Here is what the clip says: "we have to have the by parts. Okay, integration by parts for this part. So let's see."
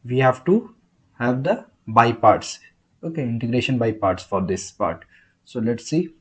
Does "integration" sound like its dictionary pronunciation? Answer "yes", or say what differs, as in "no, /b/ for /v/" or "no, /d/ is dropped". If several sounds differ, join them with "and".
yes